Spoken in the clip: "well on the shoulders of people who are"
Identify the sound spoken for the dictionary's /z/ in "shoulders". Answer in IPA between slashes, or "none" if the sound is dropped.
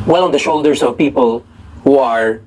/s/